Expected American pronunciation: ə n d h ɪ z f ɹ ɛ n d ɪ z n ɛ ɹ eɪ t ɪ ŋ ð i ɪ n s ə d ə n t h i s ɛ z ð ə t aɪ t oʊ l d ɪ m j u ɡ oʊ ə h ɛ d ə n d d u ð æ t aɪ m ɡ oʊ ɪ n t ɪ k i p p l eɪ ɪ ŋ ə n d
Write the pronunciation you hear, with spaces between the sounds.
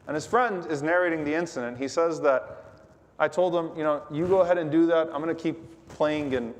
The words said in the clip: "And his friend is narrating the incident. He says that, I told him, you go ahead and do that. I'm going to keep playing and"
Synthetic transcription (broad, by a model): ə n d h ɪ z f ɹ ɛ n d ɪ z n ɛ ɹ eɪ t ɪ ŋ ð i ɪ n s ə d ə n t h i s ɛ z ð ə t aɪ t oʊ l d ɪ m j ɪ ɡ oʊ ə h ɛ d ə n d d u ð æ t aɪ m ɡ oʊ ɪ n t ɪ k i p p l eɪ ɪ ŋ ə n